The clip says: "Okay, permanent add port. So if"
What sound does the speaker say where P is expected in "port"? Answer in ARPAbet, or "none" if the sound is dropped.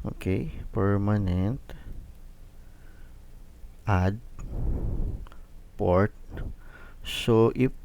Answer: P